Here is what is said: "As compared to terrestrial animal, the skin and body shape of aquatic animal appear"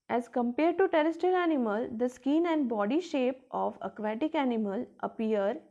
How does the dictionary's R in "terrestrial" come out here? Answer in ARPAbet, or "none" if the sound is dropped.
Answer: none